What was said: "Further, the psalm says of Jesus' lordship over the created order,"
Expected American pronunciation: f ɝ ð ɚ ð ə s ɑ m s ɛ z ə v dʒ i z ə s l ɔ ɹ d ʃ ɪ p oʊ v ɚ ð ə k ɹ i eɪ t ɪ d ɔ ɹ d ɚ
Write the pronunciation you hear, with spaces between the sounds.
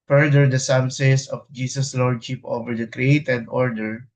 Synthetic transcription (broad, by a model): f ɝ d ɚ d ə s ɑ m s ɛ s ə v dʒ i s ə s l ɔ ɹ d ʃ ɪ p oʊ v ɚ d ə k ɹ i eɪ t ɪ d ɔ ɹ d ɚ